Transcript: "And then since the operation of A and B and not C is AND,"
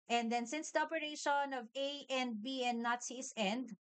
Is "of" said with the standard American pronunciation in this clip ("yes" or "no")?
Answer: yes